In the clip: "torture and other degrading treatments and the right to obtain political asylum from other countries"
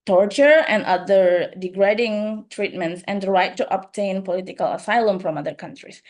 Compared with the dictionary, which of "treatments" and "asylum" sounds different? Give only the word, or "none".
none